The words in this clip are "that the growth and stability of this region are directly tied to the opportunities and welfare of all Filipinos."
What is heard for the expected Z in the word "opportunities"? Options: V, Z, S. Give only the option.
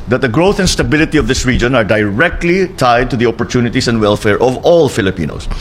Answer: S